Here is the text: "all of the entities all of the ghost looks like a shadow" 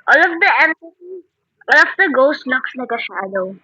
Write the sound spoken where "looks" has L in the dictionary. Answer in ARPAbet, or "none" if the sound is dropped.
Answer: N